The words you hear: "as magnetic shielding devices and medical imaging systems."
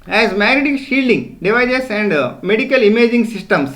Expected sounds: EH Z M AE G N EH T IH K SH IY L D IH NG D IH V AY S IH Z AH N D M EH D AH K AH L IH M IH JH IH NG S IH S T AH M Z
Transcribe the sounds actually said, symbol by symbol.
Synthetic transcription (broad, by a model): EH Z M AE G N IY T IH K SH IY L D IH NG D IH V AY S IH S AH N D M EH D AH K AH L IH M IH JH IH NG S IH S T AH M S